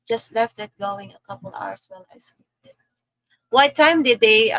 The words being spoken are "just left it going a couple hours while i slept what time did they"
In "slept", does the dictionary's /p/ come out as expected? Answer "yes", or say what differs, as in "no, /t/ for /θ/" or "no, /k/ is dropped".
no, /p/ is dropped